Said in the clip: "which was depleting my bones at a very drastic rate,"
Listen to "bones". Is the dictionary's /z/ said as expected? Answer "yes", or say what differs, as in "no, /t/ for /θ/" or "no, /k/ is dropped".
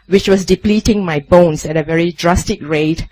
no, /s/ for /z/